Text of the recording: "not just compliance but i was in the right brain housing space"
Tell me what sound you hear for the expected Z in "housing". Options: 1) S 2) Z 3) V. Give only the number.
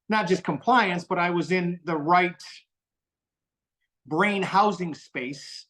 2